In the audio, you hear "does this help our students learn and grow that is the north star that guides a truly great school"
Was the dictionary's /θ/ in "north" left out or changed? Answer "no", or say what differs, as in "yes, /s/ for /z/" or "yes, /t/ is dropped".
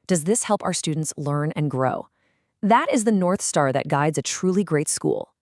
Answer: no